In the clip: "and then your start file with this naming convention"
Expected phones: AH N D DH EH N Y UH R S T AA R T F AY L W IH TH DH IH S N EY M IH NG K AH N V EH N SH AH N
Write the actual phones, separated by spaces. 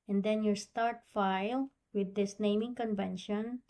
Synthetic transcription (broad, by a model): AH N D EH N Y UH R S T AA R T F AY L W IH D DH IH S N EY M IH NG K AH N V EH N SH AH N